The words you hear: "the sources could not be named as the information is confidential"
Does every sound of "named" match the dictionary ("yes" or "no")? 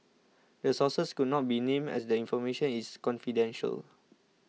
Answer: no